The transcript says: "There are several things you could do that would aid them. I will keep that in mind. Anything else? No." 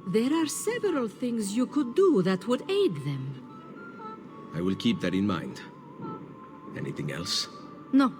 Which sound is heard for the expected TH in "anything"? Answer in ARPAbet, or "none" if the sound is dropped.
TH